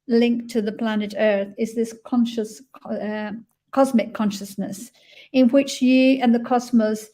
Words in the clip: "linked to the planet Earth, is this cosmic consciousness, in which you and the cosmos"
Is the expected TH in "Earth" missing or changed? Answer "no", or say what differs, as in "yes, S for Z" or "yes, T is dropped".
no